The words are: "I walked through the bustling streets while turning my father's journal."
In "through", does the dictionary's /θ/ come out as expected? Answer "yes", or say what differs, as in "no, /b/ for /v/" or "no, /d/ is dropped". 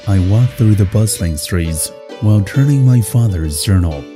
yes